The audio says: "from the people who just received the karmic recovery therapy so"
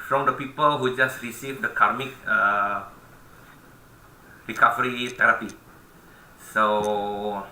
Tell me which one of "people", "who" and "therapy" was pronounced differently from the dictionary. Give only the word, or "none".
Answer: therapy